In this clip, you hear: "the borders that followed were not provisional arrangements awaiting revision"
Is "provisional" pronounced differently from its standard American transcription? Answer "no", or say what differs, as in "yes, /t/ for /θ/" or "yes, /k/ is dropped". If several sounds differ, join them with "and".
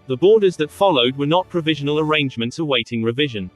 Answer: no